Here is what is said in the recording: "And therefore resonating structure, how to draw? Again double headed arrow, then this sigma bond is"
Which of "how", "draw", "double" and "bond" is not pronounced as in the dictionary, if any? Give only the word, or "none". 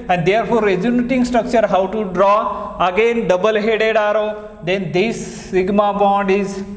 none